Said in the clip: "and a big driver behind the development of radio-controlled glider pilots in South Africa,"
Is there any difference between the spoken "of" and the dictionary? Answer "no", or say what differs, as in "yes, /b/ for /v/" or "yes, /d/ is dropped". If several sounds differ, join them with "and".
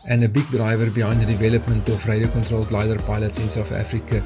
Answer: yes, /f/ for /v/